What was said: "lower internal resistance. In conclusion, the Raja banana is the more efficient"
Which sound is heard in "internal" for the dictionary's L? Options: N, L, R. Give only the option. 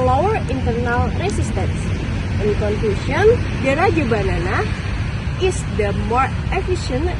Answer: L